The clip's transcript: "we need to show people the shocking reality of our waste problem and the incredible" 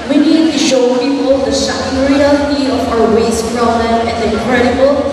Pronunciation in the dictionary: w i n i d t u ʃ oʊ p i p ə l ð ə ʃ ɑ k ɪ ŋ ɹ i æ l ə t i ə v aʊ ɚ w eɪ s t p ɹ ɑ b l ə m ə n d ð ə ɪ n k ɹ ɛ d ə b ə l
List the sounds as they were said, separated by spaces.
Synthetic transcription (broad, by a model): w i n i d t u ʃ oʊ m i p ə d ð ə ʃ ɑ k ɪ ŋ ɹ i æ l ə t i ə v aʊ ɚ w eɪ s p ɹ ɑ l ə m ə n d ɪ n k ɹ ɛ d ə b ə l